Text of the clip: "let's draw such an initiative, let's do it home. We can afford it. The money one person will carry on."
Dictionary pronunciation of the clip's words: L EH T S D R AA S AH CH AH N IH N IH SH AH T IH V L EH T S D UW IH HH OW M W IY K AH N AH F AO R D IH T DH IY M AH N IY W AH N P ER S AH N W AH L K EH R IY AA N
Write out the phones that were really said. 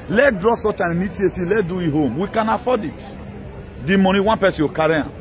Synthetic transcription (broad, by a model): L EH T D R AA S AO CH AH N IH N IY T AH S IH L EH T D UW IH HH OW M W IY K AH N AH F AO D IH T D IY M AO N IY W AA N P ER S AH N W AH K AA R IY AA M